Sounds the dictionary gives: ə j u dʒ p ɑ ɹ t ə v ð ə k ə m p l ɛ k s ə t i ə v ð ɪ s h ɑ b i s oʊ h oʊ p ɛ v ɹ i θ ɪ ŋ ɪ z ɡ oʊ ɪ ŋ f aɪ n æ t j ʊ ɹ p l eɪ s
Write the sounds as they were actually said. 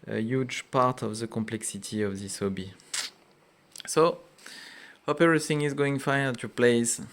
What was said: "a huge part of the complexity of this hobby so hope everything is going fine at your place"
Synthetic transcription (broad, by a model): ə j u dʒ p ɑ ɹ t ə v ð ə k ə m p l ɛ k s ə t i ə v ð ɪ s h ɑ b i s oʊ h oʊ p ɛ ɹ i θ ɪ ŋ ɪ z ɡ oʊ ɪ ŋ f aɪ ʌ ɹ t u p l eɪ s